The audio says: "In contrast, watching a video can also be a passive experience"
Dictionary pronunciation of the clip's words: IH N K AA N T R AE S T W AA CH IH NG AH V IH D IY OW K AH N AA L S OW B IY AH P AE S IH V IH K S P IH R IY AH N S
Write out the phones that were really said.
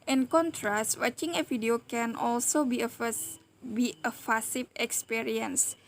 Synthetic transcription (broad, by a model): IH N K AA N T R AE S T W AA CH IH NG AH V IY D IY OW K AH N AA L S OW B IY AH F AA S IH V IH K S P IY R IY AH N S